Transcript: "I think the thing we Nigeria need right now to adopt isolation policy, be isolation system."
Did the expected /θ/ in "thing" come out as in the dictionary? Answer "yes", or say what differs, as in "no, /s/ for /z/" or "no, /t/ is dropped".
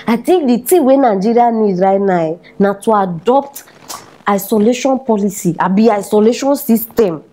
no, /t/ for /θ/